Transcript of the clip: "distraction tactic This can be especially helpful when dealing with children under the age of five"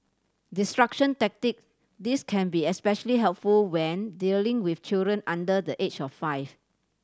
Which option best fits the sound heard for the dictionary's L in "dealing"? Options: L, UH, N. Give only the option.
L